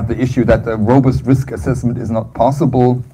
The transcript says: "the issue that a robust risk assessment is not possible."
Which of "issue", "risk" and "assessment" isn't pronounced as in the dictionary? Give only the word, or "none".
none